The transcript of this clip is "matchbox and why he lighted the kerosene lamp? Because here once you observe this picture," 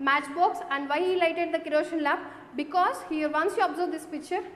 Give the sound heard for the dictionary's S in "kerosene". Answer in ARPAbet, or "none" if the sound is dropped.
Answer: SH